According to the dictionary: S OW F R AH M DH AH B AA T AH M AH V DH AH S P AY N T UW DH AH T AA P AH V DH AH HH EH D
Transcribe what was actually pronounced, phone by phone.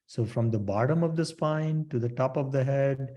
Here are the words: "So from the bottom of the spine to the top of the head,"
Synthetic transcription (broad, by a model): S OW F R AH M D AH B AA T AH M AH V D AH S P AY N T UW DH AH T AA P AH V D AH HH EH D